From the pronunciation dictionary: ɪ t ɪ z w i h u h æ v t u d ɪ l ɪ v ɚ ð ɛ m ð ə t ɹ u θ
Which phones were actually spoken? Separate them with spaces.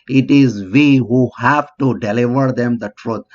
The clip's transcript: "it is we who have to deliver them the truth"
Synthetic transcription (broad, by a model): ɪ t ɪ z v i h u h æ v t u d ɪ l ɪ v ɚ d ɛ m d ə t ɹ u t